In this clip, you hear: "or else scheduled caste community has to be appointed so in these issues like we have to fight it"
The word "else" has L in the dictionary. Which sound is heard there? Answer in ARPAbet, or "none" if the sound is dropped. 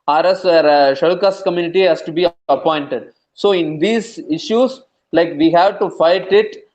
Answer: none